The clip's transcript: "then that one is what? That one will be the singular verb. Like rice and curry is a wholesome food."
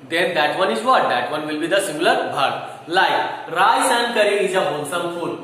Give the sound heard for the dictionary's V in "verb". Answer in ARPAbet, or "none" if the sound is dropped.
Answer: B